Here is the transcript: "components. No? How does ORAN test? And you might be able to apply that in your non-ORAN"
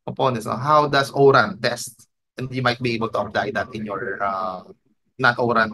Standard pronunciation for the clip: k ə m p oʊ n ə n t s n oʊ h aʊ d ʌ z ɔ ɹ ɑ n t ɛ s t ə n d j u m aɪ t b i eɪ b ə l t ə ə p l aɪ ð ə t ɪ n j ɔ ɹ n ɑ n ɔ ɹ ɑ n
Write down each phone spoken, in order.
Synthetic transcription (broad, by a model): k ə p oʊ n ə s n oʊ h aʊ d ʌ s ɔ ɹ ɑ n t ɛ s t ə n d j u m aɪ t b i eɪ b ə l t ə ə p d aɪ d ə t ɪ n j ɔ ɹ n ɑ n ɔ ɹ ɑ n